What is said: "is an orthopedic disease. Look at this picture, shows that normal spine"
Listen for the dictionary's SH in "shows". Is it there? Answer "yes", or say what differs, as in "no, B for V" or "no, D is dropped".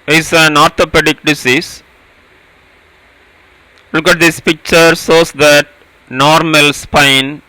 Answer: no, S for SH